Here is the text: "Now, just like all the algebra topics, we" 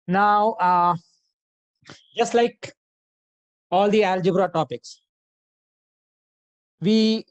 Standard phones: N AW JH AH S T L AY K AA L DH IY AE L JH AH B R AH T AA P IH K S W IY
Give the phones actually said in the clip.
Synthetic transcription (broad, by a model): N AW JH AH S T L AY K AA L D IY AE L JH AH B R AH T AA P IH K S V IY